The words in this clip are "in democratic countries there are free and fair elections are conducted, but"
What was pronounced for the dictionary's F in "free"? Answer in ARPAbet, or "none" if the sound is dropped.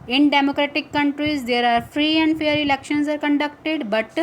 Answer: F